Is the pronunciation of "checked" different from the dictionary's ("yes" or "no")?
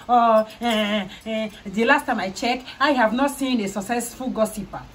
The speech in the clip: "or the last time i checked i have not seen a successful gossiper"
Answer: yes